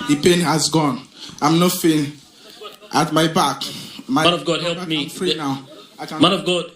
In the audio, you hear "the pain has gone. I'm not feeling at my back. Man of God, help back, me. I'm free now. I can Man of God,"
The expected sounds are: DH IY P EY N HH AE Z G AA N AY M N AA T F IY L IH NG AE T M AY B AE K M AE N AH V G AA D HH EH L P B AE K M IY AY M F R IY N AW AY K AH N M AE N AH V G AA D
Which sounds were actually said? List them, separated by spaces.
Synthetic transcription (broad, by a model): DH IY P EY N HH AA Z G AA N AY M N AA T F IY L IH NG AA T M AY B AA K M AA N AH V G AA D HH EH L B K M IY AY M F R IY N AW AY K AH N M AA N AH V G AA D